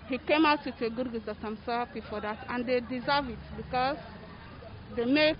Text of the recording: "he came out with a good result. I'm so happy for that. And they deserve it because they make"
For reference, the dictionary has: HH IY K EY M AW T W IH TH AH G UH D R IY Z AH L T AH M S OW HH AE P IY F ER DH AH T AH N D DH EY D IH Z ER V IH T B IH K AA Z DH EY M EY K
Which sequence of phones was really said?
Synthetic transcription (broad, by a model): HH IY K EY M AW T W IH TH AH G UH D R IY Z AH T AH M S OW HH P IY F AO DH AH T AH N D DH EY D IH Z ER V IH T B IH K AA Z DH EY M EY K